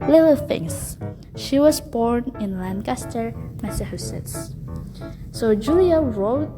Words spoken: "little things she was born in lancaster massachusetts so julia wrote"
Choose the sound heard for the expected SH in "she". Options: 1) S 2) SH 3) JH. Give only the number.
2